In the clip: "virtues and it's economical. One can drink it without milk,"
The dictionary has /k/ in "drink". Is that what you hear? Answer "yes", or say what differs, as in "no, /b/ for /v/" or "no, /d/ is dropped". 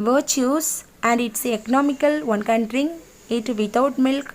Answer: no, /k/ is dropped